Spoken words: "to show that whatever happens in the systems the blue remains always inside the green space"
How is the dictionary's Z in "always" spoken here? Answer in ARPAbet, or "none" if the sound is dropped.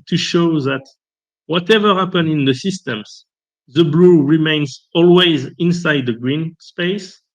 Z